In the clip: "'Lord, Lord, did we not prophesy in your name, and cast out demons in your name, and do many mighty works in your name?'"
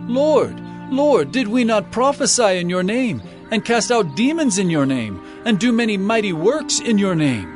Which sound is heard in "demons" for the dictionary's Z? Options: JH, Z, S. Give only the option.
Z